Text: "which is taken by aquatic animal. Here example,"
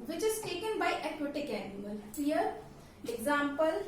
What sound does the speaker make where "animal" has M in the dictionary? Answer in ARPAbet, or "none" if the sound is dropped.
none